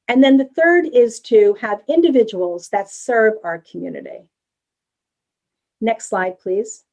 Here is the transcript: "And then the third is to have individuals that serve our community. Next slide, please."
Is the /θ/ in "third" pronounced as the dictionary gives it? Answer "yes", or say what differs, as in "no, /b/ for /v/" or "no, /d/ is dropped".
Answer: yes